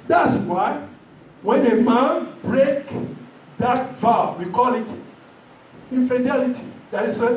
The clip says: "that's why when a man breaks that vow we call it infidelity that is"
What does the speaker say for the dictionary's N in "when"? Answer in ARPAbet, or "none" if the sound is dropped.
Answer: N